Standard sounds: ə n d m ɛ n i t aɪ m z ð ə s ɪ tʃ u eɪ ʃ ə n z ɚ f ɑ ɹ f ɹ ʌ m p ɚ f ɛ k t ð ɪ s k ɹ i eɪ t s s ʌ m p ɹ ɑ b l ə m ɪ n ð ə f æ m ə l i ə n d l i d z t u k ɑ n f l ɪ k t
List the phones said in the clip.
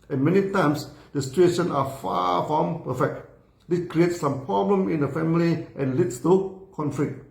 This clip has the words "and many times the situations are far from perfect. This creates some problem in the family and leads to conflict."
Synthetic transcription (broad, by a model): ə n m ɛ n i t aɪ m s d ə s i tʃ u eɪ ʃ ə n ɑ f ɑ f ɹ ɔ m p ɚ f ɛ k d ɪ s k ɹ i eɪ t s s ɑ m p ɹ ɑ b l ə m ɪ n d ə f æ m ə l i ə n l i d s t u k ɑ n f l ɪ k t